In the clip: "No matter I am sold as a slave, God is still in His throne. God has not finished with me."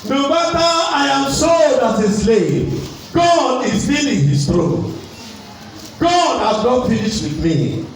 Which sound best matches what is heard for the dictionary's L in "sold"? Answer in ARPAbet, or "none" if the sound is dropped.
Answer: none